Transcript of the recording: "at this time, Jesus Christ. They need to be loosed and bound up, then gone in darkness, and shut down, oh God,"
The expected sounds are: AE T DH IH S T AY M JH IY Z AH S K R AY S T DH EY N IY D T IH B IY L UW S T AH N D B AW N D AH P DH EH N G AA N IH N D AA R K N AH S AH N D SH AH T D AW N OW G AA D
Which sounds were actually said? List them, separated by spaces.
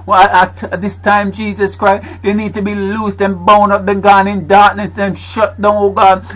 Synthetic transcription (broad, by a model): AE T DH IH S T AY M JH IY Z AH S K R AY S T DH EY N IY D T IH B IY L UW S T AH N B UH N AH P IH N G AA N IH N D AA R K N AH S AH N SH AH T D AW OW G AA